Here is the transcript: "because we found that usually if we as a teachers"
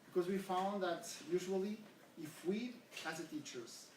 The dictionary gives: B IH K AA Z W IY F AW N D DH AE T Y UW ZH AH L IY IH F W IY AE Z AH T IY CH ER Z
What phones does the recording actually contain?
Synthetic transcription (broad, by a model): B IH K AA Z W IY F AW N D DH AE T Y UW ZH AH L IY IH F W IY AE S AH T IY CH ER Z